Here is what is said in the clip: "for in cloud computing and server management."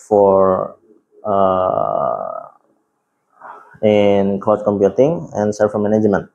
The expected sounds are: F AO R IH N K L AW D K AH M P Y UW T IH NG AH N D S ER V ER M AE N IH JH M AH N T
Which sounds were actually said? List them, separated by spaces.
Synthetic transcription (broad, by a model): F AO R IH N K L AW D K AH M P Y UW T IH NG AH N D S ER F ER M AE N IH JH M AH N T